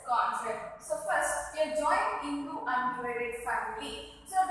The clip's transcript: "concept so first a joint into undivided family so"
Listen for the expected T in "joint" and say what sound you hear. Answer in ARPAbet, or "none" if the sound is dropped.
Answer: none